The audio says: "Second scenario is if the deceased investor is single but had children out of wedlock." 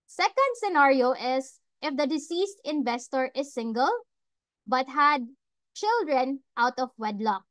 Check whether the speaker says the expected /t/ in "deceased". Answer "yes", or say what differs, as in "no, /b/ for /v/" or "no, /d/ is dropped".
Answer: yes